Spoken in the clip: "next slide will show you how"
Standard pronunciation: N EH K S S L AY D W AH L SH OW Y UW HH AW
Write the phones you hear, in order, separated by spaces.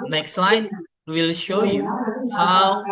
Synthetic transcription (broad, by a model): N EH K S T L AY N W AH L SH OW Y UW HH AW